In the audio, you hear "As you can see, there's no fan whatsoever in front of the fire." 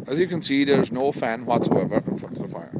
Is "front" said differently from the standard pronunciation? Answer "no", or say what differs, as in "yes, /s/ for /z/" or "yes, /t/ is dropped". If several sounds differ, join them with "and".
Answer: yes, /ɹ/ is dropped and /n/ is dropped